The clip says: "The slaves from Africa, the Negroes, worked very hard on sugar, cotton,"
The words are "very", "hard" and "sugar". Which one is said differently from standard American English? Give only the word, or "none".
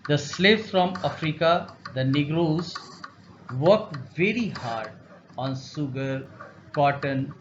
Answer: sugar